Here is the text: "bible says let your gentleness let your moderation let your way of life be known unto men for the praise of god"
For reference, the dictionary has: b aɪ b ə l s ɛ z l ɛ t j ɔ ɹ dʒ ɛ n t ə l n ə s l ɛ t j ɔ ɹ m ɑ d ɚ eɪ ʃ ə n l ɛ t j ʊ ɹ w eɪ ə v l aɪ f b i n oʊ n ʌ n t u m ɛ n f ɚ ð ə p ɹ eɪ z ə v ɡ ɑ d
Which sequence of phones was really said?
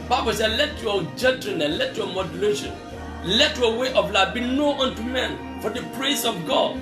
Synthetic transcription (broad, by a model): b aɪ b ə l s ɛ l ɛ t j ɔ dʒ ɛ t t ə n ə l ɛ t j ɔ m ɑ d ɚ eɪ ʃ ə n l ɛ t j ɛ w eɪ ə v l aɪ b i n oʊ ʌ n t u m ɛ n f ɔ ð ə p ɹ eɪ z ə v ɡ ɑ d